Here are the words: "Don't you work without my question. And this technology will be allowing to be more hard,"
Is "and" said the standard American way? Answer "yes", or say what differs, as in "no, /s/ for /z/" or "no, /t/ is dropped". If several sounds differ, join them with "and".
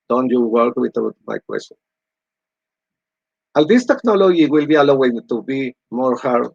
no, /l/ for /n/